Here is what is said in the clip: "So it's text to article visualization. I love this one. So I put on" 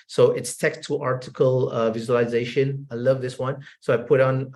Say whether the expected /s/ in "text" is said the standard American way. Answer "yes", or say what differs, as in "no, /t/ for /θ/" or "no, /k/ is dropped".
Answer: no, /s/ is dropped